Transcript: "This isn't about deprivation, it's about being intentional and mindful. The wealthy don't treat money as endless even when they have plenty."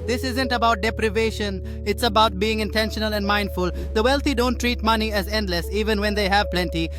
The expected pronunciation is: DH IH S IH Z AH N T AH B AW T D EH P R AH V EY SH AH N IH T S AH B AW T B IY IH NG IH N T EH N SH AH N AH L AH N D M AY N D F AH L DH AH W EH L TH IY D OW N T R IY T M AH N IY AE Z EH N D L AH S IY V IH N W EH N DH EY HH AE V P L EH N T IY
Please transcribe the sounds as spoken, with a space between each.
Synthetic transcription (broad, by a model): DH IH S IH Z AH N T AH B AW T D EH P R AH V EY SH AH N IH T S AH B AW T B IY IH NG IH N T EH N SH AH N AH L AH N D M AY N D F AH L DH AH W EH L T IY D OW N T R IY T M AH N IY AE Z EH N D L AH S IY V IH N W EH N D EY HH AE V P L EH N T IY